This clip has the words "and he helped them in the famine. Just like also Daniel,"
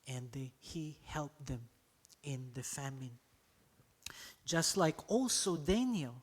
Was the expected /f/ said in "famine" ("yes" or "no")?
yes